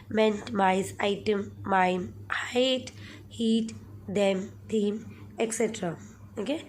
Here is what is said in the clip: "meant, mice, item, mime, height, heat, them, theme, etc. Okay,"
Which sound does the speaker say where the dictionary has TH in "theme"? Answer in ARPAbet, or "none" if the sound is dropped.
T